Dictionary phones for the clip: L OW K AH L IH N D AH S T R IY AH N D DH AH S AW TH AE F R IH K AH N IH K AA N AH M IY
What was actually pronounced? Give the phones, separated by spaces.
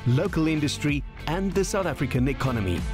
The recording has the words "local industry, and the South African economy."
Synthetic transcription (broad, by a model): L OW K AH L IH N D AH S T R IY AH N DH AH S AW TH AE F R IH K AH N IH K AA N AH M IY